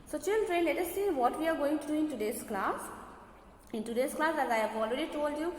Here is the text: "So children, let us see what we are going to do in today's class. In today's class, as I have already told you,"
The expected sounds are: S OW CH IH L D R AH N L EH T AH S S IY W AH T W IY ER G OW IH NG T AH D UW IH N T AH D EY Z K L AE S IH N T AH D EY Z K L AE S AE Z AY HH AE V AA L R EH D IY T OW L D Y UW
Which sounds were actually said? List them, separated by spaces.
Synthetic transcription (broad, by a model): S OW CH IH L D R AH N L EH T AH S S IY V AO T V IY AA G OW IH NG T AH D UW IH N T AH D EY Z K L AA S IH N T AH D EY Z K L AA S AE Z AY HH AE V AA L R EH D IY T OW L D Y UW